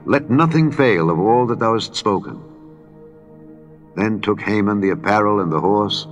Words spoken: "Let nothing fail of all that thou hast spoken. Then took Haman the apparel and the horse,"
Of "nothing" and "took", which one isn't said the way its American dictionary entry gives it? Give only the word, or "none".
none